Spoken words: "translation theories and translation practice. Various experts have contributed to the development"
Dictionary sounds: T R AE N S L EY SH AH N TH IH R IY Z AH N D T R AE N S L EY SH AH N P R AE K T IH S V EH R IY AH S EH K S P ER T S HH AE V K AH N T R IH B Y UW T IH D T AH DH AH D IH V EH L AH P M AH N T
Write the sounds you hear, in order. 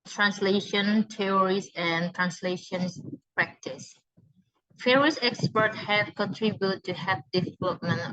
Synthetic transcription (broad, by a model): T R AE N S L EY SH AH N T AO R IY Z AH N T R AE N S L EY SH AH N P R AE K T IH S F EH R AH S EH K S P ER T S HH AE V K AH N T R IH B Y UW T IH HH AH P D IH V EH L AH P M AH N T